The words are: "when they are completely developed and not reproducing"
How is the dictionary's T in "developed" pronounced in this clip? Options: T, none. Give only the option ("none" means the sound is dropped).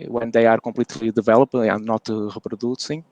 none